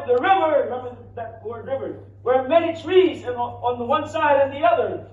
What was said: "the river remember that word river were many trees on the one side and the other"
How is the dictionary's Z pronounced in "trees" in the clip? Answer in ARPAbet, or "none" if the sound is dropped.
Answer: Z